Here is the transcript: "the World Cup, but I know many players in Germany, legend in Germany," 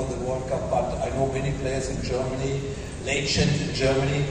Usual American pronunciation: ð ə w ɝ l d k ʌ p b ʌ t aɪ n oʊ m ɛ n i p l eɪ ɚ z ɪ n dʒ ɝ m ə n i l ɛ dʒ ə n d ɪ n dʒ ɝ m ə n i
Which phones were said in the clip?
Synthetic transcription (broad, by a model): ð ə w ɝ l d k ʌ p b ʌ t aɪ n oʊ m ɛ n i p l eɪ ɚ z ɪ n dʒ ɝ m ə n i l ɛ ʃ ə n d ɪ n dʒ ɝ m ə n i